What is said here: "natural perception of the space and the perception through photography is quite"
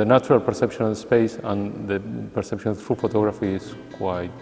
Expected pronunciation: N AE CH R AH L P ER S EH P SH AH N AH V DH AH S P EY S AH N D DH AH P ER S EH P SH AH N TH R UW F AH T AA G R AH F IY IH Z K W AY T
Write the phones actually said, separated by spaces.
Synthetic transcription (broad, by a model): N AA CH R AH L P ER S EH P SH AH N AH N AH S P EY S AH N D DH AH P ER S EH P SH AH N T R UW F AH T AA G R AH F IY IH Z K W AY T